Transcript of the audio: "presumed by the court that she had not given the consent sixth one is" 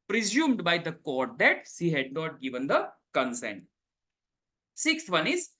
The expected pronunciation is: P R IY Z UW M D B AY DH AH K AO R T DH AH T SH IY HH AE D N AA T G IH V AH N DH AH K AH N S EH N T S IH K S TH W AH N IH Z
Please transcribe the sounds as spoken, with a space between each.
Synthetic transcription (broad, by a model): P R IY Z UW M D B AY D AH K AO R T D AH T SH IY HH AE D N AA T G IH V AH N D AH K AH N S EH N T S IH K S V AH N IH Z